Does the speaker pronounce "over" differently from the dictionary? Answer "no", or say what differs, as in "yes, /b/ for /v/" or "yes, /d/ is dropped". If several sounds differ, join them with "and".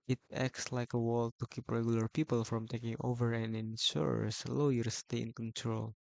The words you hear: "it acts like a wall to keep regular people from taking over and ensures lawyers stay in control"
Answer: no